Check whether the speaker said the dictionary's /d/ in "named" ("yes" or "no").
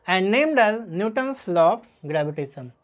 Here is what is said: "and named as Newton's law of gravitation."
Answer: yes